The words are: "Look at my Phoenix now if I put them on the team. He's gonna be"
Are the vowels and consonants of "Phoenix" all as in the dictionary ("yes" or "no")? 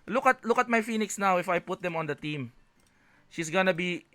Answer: yes